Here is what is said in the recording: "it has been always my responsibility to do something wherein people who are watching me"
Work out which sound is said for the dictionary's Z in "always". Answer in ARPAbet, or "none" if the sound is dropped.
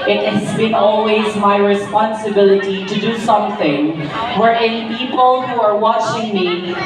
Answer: Z